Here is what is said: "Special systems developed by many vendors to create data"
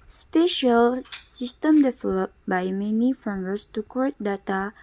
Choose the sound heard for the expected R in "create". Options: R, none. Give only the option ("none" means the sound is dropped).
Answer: none